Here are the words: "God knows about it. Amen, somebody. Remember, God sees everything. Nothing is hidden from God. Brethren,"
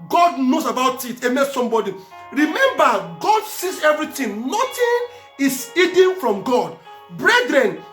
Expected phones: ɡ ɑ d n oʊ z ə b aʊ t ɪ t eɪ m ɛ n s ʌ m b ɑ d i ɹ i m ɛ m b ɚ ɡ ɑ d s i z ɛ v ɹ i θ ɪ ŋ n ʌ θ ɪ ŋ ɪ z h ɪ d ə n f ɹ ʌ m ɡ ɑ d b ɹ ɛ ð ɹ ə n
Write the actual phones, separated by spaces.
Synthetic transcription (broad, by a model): ɡ ɑ d n oʊ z ə b aʊ t ɪ t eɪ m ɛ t s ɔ m b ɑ d i ɹ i m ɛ m b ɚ ɡ ɑ d s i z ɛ v ɹ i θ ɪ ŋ n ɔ t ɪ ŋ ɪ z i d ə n f ɹ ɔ m ɡ ɑ d b ɹ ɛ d ɹ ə n